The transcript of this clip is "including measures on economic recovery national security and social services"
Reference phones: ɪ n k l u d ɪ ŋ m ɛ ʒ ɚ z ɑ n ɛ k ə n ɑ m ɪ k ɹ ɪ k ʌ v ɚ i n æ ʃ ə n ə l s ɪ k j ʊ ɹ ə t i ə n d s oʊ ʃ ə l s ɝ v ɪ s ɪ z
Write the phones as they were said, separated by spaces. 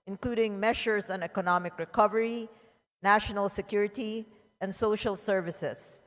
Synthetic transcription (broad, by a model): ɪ n k l u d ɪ ŋ m ɛ ʃ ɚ s ɑ n ɛ k ə n ɑ m ɪ k ɹ ɪ k ʌ v ɚ i n æ ʃ ə n ə l s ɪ k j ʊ ɹ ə t i ə n d s oʊ ʃ ə l s ɝ v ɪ s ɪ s